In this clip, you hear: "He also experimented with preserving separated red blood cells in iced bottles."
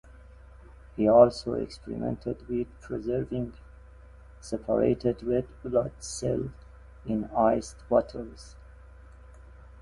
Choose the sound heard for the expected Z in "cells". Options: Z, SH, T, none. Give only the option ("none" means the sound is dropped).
none